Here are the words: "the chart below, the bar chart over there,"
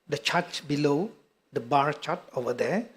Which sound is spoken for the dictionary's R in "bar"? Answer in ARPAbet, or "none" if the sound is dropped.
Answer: R